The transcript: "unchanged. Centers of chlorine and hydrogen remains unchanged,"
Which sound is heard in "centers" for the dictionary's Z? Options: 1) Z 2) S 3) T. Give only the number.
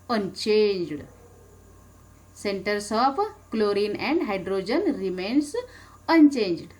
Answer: 2